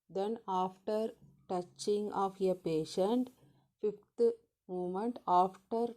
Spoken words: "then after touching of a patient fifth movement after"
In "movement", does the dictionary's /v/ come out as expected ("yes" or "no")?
no